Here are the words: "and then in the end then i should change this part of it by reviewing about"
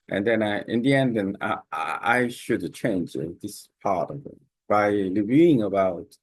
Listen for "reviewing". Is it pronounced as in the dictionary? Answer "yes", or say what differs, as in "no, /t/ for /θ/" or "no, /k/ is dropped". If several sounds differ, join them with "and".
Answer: no, /l/ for /ɹ/